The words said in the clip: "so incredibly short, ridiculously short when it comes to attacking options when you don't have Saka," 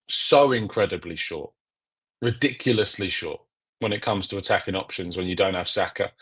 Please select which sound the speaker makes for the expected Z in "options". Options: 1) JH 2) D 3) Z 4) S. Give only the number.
3